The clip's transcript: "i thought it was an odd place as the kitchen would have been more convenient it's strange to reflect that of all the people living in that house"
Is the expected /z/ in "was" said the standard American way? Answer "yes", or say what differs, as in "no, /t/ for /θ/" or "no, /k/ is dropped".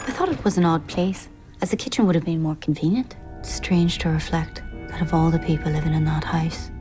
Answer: yes